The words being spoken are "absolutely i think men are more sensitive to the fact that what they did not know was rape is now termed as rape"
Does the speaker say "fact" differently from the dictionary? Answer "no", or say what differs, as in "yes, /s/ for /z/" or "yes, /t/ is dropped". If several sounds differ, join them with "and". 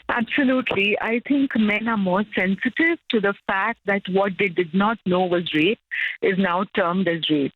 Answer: no